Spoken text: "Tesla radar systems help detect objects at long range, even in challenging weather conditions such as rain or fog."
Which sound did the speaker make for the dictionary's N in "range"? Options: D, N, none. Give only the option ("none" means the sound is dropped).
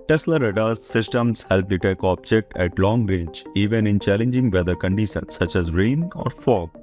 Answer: none